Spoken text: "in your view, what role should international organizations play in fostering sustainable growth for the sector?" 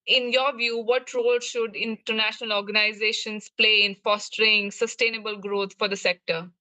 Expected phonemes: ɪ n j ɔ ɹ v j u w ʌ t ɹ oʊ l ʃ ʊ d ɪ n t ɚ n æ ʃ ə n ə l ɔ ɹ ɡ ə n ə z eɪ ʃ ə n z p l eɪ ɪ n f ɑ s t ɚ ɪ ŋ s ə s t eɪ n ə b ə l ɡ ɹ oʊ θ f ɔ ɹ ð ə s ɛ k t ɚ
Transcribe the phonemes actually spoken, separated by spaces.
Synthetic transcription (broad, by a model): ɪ n j ɔ ɹ v j u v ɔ t ɹ oʊ l ʃ ʊ d ɪ n t ɚ n æ ʃ ə n ə l ɔ ɹ ɡ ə n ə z eɪ ʃ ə n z p l eɪ ɪ n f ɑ s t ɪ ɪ ŋ s ə s t eɪ n ə b ə l ɡ ɹ oʊ t f ɔ ɹ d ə s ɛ k t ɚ